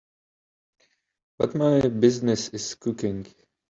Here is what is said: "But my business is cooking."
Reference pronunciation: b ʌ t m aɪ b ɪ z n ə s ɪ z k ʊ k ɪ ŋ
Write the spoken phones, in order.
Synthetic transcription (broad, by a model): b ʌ t m aɪ b ɪ z n ə s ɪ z k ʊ k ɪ ŋ